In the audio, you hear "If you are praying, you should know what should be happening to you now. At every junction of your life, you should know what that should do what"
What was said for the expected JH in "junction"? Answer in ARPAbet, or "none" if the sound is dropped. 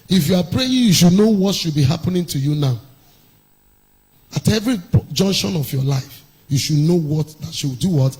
JH